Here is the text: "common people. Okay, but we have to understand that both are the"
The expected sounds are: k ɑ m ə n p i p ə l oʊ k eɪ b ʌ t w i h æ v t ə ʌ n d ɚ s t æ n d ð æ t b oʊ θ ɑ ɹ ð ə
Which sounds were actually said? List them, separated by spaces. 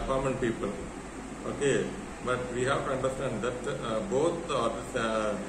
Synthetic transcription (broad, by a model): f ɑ m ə n p i p ə l oʊ k eɪ b ʌ t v i h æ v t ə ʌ n d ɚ s t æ n d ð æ t b oʊ t ɑ ɹ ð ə